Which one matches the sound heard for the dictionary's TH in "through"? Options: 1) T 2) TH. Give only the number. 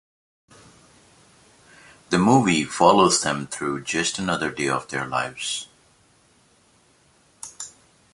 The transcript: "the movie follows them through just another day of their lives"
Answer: 2